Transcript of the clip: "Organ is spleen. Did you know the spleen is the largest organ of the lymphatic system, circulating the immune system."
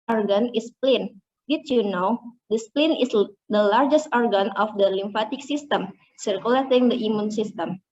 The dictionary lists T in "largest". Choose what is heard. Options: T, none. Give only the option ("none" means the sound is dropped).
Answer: T